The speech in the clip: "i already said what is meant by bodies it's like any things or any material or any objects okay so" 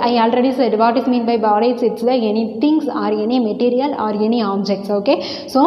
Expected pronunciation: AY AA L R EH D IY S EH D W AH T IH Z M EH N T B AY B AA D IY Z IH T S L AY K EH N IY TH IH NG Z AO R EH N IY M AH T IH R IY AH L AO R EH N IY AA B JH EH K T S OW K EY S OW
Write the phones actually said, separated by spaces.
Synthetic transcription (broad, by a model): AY AA L R EH D IY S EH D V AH T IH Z M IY N B AY B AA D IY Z IH T S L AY EH N IY T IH NG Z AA R EH N IY M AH T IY R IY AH L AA R EH N IY AA B JH EH K T S OW K EY S OW